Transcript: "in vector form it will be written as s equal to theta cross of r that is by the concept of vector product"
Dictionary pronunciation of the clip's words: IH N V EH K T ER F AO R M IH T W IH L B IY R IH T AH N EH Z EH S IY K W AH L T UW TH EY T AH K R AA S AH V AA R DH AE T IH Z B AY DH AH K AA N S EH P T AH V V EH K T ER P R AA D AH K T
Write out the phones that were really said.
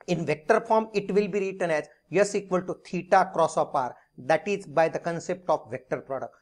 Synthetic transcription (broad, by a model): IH N V EH K T ER F AO R M IH T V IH L B IY R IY T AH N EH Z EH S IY K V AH L T UW T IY T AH K R AA S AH P AA R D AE T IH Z B AY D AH K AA N S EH P T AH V V EH K T ER P R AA D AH K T